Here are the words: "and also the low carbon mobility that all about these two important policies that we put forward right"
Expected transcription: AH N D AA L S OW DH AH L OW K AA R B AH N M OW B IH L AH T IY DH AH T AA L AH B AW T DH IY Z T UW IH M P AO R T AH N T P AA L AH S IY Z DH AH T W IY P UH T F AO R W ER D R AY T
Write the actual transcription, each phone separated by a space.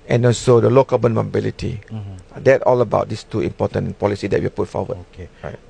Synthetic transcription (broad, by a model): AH N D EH N S OW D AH L OW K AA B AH N M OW B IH L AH T IY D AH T AA L AH B AW T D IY S T UW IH M P AO T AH N P AA L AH S IY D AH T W IY P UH T F AO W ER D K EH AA